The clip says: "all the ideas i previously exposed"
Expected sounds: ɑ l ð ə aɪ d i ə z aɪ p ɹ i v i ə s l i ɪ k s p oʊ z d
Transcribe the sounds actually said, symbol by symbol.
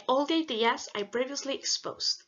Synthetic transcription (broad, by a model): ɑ l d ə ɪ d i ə s aɪ b ɹ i v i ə s l i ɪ k s p oʊ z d